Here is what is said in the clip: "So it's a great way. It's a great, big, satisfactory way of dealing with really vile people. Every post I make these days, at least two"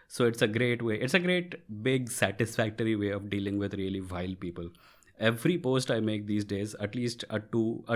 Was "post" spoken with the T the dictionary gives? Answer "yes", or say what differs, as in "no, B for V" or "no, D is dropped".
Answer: yes